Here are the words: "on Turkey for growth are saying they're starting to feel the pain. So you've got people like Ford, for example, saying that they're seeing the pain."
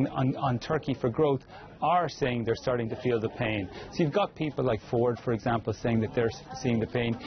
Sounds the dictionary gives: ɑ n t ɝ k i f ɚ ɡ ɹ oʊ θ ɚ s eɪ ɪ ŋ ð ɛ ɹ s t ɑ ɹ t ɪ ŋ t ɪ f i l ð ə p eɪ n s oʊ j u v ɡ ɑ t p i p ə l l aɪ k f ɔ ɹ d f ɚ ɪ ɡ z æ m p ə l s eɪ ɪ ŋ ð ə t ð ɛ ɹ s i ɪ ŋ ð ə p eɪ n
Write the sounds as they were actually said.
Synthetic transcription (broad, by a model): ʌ n t ɝ k i f ɚ ɡ ɹ oʊ θ ɚ s eɪ ɪ ŋ ð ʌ ɹ s t ɑ ɹ t ɪ ŋ t ɪ f i l ð ə p eɪ n s oʊ j u v ɡ ɑ t p i p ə l l aɪ k f ɔ ɹ d f ɚ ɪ ɡ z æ m p l s eɪ ɪ ŋ ð ə t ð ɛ ɹ s i ɪ ŋ ð ə p eɪ n